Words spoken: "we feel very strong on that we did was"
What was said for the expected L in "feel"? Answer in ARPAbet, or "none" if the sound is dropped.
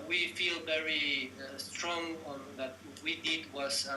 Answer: L